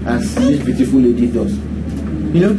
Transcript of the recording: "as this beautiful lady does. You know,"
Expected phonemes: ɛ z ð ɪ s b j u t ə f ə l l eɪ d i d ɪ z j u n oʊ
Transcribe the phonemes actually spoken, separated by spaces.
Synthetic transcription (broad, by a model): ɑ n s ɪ b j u t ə f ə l l eɪ d i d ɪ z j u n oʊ